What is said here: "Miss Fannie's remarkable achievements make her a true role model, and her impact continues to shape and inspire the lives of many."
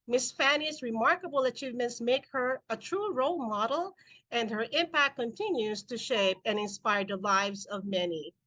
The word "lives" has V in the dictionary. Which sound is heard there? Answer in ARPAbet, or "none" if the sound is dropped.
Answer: V